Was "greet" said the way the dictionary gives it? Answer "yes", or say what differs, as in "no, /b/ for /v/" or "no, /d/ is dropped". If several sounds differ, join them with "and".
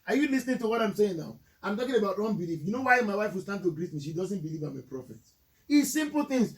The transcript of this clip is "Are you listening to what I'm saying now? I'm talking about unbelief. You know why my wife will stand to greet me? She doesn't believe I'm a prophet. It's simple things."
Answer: yes